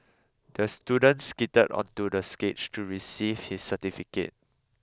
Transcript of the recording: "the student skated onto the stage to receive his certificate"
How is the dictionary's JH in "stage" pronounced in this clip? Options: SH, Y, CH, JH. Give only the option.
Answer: CH